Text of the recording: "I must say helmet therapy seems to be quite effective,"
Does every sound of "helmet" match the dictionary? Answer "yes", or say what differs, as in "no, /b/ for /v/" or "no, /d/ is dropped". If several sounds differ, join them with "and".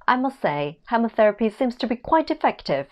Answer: no, /l/ is dropped